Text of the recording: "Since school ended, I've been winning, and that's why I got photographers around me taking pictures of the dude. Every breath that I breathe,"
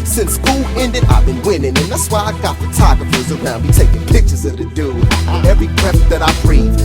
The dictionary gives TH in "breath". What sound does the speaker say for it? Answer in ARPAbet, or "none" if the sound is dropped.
T